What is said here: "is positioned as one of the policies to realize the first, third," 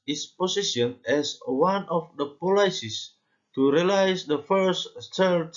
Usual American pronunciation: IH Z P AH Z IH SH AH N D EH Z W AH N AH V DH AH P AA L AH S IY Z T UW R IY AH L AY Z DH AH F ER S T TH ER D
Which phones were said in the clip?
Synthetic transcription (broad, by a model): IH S P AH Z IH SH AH N EH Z W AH N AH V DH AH P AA L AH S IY S T UW R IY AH L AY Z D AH F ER S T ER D